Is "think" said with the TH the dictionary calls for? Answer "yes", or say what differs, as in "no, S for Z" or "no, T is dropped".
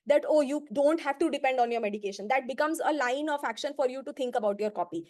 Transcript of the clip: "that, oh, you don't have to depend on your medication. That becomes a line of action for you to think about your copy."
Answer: no, T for TH